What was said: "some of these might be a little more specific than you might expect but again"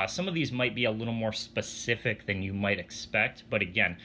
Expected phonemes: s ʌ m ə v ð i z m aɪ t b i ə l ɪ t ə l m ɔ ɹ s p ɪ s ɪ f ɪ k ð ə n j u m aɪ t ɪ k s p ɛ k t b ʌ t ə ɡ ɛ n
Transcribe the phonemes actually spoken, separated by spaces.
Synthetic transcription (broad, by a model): s ʌ m ə v ð i z m aɪ t b i ə l ɪ t l m ɔ ɹ s p ɪ s ɪ f ɪ k ð ə n j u m aɪ t ɪ k s p ɛ k t b ʌ t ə ɡ ɛ n